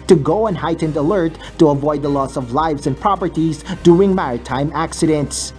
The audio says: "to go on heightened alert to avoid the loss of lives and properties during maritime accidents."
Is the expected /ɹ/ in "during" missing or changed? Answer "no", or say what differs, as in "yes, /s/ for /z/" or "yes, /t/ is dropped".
yes, /ɹ/ is dropped